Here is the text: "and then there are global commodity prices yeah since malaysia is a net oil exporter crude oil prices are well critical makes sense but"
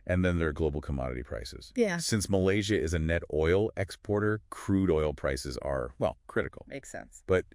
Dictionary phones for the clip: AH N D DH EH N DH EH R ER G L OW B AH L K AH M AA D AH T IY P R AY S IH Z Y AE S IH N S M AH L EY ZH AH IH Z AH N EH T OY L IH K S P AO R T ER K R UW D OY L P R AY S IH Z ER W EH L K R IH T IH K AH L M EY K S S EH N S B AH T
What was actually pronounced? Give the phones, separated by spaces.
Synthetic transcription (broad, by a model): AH N DH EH N DH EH R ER G L OW B L K AH M AA D AH T IY P R AY S IH Z Y AE S IH N S M AH L EY ZH AH IH Z AH N EH T OY L IH K S P AO R T ER K R UW D OY L P R AY S IH Z ER W EH L K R IH T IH K L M EY K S S EH N S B AH T